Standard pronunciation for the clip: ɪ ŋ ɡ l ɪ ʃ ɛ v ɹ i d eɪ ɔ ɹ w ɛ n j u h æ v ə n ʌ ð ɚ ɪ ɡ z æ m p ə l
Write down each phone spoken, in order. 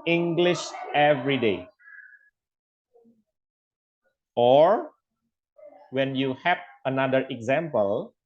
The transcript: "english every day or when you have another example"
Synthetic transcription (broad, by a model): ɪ ŋ ɡ l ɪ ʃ ɛ v ɹ i d eɪ ɔ ɹ w ɛ n j u h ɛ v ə n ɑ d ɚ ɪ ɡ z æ m p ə l